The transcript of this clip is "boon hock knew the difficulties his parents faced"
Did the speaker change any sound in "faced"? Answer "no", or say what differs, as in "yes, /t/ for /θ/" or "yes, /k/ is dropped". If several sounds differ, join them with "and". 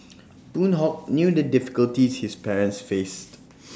no